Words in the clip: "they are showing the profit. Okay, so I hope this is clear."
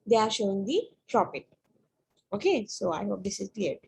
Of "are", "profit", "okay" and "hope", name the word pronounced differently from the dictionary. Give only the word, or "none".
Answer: profit